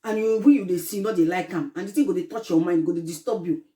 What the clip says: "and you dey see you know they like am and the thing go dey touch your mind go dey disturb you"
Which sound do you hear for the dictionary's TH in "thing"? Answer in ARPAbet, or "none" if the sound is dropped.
T